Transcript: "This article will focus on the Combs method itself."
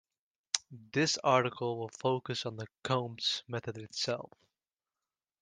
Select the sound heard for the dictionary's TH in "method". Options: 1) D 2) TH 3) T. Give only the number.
2